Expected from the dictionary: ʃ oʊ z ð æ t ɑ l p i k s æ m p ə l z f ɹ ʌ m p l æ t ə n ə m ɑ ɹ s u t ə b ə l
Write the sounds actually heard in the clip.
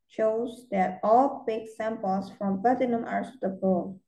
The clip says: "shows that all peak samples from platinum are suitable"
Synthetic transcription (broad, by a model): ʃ oʊ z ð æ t ɑ l b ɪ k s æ m p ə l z f ɹ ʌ m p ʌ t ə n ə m ɑ ɹ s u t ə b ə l